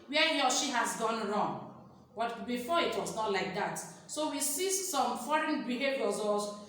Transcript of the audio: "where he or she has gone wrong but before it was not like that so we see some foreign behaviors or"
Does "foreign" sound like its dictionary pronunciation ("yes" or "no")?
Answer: yes